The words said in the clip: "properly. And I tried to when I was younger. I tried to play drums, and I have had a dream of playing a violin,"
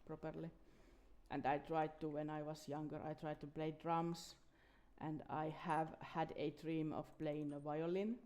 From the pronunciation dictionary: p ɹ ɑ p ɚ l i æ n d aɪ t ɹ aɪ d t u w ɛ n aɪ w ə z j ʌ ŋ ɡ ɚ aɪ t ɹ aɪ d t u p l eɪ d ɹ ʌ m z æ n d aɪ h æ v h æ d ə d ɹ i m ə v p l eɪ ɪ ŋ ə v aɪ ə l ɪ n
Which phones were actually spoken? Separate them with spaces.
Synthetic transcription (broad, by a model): p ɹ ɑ p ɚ l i æ n d aɪ t ɹ aɪ d t u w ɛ n aɪ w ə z j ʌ ŋ ɡ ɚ aɪ t ɹ aɪ d t u p l eɪ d ɹ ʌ m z æ n d aɪ h æ v h æ d ə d ɹ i m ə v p l eɪ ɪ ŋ ə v aɪ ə l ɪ n